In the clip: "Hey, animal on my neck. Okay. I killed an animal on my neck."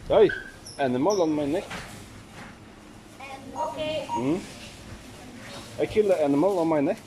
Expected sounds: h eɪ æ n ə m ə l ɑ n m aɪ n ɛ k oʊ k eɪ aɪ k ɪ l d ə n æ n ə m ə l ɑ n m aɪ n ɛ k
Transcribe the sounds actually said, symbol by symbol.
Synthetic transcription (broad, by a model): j æ n ə m ə l ɑ n m aɪ n ɛ k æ ɪ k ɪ l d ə æ n ə m ə l ɑ n m aɪ n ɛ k